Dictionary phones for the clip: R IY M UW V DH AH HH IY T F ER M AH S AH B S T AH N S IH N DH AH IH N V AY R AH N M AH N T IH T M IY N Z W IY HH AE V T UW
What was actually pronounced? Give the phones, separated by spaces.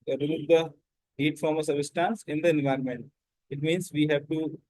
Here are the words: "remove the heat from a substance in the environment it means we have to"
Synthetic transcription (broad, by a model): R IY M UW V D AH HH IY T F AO M AH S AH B S T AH N S IH N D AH IH N V AY R AH N M AH N T IH T M IY N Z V IY HH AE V T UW